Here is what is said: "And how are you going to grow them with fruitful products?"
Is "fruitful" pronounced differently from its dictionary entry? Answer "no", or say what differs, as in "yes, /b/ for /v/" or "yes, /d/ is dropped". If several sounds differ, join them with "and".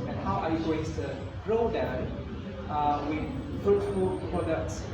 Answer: yes, /ɹ/ is dropped